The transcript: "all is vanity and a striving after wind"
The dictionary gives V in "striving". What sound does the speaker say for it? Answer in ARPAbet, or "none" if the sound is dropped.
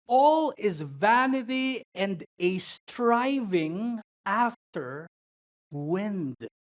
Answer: V